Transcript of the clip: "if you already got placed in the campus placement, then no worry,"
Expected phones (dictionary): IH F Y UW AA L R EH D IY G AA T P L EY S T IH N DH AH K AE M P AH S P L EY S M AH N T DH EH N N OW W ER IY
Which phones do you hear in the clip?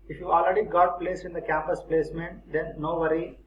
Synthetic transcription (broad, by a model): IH F Y UW AA L R EH D IY G AA T P L EY S IH N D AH K AE M P AH S P L EY S M AH N T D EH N N OW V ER IY